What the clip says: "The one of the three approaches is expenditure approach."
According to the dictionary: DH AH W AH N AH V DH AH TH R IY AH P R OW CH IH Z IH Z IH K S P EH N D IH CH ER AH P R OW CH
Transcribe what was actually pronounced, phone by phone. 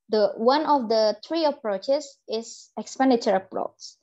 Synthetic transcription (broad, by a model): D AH W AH N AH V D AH T R IY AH P R OW CH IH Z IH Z IH K S P EH N D IH CH ER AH P R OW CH